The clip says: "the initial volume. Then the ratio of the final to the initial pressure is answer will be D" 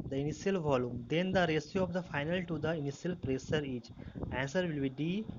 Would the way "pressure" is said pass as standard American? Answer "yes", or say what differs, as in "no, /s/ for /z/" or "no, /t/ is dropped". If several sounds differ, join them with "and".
no, /s/ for /ʃ/